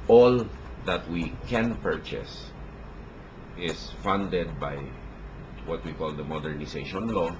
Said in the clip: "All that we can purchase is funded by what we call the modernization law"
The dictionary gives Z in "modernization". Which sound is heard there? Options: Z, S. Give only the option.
S